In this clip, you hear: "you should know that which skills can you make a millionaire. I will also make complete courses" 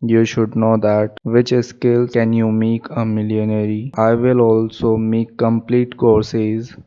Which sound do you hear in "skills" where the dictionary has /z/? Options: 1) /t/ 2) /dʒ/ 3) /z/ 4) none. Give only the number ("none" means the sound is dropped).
4